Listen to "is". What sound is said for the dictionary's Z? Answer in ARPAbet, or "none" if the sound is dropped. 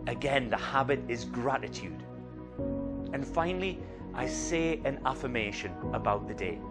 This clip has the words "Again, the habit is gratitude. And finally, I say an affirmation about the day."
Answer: Z